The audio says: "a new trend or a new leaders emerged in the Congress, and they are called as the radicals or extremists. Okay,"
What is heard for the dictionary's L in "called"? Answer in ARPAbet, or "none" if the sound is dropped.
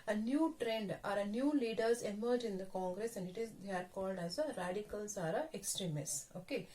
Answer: L